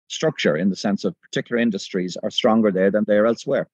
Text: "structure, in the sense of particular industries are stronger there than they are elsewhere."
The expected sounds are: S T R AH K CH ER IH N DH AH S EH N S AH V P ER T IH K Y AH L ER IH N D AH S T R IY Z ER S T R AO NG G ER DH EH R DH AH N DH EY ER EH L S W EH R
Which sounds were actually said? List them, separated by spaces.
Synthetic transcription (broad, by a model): S T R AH K CH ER IH N DH AH S EH N S AH V P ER T IH K Y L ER IH N D AH S T R IY Z ER S T R AO NG G ER DH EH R DH AH N DH EY ER EH L S W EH R